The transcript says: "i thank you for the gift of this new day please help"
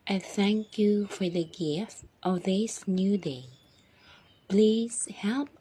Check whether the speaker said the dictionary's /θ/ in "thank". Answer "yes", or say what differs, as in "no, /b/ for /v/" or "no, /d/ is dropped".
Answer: yes